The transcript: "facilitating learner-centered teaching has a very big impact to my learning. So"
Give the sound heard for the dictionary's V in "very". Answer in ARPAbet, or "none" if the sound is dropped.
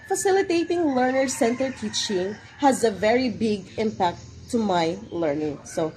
V